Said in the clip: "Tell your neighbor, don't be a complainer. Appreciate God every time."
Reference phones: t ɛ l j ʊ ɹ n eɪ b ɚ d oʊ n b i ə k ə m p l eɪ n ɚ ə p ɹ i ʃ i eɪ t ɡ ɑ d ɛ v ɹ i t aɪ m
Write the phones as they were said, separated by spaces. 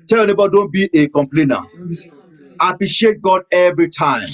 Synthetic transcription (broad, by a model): t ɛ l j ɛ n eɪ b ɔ d oʊ n b i ə k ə m p l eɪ n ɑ ə p ɹ i ʃ i eɪ t ɡ ɑ d ɛ v ɹ i t aɪ m